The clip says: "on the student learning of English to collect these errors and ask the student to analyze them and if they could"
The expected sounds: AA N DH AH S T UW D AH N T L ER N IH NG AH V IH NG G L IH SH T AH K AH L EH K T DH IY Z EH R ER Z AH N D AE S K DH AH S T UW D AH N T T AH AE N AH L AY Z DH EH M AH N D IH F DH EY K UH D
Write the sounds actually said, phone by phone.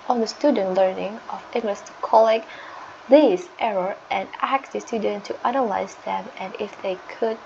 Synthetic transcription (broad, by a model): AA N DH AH S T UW D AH N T L ER N IH NG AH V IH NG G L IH S T AH K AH L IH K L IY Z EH R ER AH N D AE S K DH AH S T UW D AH N T T AH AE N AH L AY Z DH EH M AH N IH F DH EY K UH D